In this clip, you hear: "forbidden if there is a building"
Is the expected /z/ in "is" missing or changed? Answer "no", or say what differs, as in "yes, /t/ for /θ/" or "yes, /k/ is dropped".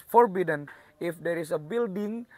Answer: yes, /s/ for /z/